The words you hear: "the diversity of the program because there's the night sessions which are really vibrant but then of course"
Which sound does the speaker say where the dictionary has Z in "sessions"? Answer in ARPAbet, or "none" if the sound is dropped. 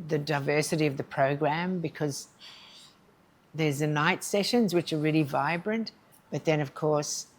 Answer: Z